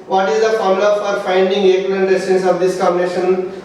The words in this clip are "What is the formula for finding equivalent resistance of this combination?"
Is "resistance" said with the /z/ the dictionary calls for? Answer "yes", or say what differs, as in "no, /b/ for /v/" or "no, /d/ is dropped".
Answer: no, /s/ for /z/